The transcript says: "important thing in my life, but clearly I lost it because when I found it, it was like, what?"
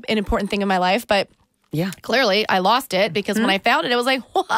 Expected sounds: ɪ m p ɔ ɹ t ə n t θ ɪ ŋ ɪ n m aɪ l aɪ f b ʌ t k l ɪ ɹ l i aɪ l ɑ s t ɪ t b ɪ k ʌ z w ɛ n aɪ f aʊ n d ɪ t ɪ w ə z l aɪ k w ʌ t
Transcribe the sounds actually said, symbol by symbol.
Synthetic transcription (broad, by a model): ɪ m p ɔ ɹ t n θ ɪ ŋ ɪ n m aɪ l aɪ f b ʌ t k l ɪ ɹ l i aɪ l ɑ s t ɪ t b ɪ k ʌ z w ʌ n aɪ f aʊ n d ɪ t ɪ w ə z l aɪ k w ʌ